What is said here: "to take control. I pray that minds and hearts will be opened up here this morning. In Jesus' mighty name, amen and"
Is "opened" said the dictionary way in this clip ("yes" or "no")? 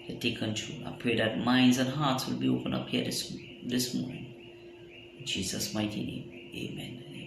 no